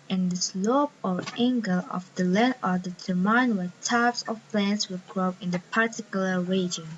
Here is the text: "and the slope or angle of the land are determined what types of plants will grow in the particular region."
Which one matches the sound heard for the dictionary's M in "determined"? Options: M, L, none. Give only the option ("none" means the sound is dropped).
none